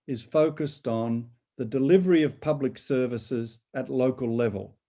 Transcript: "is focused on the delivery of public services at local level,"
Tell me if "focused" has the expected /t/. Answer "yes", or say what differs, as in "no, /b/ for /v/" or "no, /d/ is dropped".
yes